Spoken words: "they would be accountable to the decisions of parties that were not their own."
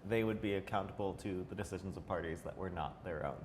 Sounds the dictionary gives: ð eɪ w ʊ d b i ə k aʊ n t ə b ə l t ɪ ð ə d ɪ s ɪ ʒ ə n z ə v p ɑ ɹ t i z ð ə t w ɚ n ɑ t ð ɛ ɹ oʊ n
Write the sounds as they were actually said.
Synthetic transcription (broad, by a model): ð eɪ w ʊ d b i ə k aʊ n t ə b l t ɪ ð ə d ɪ s ɪ ʒ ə n z ə v p ɑ ɹ t i z ð ə t w ɚ n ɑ t ð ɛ ɹ oʊ n